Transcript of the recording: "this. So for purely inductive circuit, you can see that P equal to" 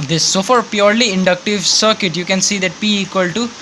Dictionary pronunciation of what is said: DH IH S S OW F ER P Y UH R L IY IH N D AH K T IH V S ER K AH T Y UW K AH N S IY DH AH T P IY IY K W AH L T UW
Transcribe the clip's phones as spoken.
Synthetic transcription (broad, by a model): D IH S S OW F ER P Y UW R L IY IH N D AH K T IH V S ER K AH T Y UW K AH N S IY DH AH T B IY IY K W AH L T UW